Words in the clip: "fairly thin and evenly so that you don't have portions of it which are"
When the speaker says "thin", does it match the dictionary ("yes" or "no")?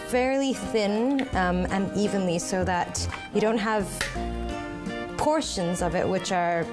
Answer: yes